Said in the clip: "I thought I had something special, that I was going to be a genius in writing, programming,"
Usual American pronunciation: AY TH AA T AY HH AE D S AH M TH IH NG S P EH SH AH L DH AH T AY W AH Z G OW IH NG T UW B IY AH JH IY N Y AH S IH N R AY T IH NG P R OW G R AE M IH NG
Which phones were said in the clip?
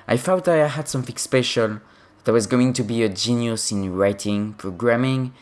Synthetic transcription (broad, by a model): AY F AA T AY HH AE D S AH M TH IH NG S P EH SH AH L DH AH T AY W AH Z G OW IH NG T UW B IY AH JH IY N Y AH S IH N R AY T IH NG P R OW G R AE M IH NG